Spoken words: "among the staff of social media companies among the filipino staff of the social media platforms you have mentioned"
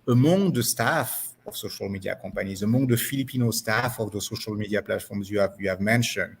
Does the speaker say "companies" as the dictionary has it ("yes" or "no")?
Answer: no